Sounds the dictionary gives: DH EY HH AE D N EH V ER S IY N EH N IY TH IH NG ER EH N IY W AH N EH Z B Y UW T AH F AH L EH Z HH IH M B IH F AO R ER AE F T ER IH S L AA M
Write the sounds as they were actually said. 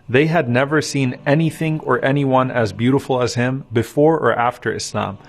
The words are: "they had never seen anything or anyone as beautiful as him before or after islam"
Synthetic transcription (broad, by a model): DH EY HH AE D N EH V ER S IY N EH N IY TH IH NG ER EH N IY W AH N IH Z B Y UW T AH F L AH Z HH IH M B IH F AO R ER AE F T ER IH S L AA M